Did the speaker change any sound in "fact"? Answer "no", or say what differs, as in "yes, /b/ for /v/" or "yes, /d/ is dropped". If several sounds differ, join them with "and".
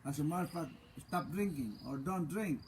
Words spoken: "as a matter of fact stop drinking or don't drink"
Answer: yes, /k/ is dropped